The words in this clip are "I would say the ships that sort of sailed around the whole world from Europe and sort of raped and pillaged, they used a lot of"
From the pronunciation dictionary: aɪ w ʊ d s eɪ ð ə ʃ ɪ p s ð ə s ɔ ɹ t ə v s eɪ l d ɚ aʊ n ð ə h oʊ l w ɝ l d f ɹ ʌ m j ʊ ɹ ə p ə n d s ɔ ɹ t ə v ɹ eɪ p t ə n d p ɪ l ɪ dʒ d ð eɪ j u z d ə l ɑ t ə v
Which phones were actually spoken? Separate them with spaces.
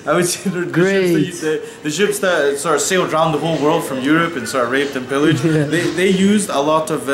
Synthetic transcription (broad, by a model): aɪ w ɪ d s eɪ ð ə ʃ ɪ p s ð ə s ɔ ɹ ə v s eɪ l d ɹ aʊ n ð ə h oʊ l w ɝ l d f ɹ ʌ m j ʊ ɹ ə p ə n s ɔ ɹ ə v ɹ eɪ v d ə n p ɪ l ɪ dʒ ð ð eɪ j u z d ə l ɑ t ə v